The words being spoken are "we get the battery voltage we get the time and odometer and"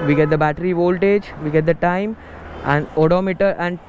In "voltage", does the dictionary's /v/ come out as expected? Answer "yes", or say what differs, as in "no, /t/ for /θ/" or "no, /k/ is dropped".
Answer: yes